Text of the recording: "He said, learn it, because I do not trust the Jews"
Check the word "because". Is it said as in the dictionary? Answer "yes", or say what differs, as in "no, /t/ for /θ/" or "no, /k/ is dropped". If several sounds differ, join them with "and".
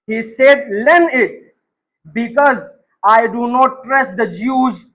yes